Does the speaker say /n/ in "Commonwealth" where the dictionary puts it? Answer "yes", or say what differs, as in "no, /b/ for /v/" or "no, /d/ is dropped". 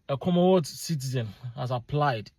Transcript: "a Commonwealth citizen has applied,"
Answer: no, /n/ is dropped